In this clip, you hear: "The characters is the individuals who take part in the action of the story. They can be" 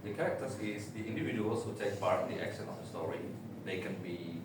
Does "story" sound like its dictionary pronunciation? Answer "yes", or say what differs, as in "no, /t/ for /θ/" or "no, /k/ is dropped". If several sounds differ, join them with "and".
yes